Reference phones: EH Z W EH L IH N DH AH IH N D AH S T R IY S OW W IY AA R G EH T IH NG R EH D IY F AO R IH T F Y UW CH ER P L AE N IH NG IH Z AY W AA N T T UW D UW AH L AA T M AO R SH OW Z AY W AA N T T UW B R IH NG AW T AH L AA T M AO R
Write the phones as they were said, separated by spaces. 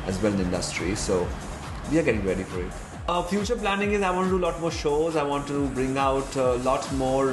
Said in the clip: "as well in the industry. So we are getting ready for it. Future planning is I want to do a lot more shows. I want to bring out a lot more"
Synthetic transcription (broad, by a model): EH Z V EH L IH N IH N D AH S T R IY S OW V IY AA R G EH T IH NG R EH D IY F AO R IH T F Y UW CH ER P L AE N IH NG IH Z AY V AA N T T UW D UW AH L AA T M AO R SH OW Z AY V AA N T T UW B R IH NG AW T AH L AA T M AO R